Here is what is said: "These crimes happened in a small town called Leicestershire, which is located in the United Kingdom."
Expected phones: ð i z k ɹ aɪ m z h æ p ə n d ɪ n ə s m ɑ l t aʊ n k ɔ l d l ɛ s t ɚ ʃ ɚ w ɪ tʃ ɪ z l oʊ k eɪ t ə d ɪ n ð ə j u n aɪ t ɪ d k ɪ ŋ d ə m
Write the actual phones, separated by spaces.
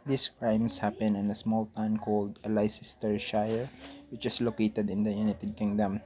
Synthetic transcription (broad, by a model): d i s k ɹ aɪ m s h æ p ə n ɪ n ə s m ɑ l t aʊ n k ɔ l d l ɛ s t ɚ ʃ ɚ w ɪ tʃ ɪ s l oʊ k eɪ t ə d ɪ n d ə j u n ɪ t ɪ d k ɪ ŋ d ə m